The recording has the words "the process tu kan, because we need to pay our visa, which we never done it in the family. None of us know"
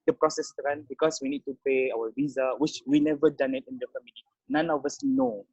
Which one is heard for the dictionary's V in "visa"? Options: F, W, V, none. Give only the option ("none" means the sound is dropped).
V